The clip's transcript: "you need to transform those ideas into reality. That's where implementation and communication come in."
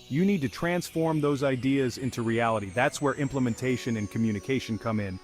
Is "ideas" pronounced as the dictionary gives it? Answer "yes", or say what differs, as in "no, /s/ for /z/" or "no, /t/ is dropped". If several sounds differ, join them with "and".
yes